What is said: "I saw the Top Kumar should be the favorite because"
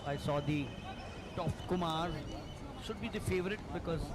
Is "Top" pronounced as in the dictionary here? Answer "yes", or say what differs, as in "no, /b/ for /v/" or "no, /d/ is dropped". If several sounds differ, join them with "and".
no, /f/ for /p/